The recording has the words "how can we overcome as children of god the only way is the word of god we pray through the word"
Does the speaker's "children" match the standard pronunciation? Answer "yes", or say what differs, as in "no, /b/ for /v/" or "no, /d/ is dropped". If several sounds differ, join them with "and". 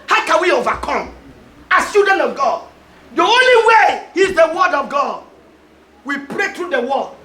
no, /l/ is dropped